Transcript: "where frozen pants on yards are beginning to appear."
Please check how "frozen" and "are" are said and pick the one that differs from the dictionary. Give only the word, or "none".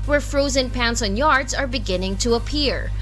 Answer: none